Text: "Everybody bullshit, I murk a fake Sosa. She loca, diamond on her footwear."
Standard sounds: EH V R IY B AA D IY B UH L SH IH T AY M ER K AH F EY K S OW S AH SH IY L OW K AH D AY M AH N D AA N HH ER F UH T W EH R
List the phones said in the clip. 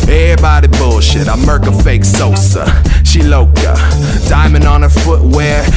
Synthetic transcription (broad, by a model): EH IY B AA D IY B UH L SH IH T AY M ER K AH F EY K S OW S AH SH IY L OW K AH D AY M AH N D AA N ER F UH T W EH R